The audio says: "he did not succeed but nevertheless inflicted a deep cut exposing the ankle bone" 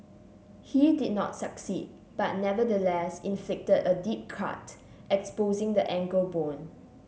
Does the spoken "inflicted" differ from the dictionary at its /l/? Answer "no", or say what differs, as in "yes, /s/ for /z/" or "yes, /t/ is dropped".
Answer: no